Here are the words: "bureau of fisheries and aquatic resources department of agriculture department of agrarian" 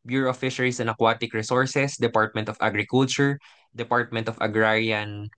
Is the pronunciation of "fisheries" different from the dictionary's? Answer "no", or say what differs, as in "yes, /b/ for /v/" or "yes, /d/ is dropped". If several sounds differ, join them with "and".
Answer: yes, /s/ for /z/